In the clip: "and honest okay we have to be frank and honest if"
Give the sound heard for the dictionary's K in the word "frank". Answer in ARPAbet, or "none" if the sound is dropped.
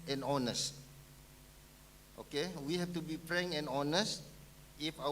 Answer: none